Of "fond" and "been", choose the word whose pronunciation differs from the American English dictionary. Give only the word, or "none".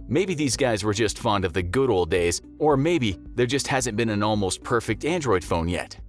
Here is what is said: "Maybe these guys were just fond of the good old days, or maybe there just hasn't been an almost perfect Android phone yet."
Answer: none